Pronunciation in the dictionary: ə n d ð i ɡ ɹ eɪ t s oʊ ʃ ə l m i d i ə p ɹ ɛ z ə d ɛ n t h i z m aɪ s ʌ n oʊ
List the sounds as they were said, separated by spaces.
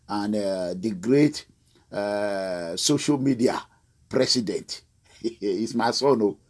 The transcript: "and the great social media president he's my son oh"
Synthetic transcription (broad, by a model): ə n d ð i ɡ ɹ eɪ t s oʊ ʃ ə l m i d i ə p ɹ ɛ s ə d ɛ n t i s m aɪ s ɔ n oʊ